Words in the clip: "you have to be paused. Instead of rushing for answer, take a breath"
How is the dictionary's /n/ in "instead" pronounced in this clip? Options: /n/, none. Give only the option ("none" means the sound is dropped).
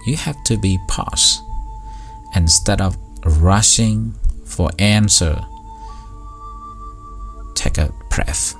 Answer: /n/